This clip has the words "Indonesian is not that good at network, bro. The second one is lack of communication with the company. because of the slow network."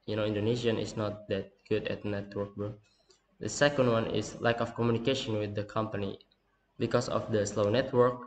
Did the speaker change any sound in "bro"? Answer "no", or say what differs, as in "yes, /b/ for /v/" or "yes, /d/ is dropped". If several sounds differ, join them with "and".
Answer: yes, /ɹ/ is dropped